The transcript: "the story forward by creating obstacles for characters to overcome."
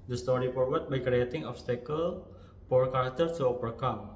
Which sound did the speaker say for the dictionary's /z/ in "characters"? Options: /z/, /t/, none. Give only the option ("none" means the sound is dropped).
none